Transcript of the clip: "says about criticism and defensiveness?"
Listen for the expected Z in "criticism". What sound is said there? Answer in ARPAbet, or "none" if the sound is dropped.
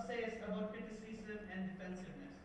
S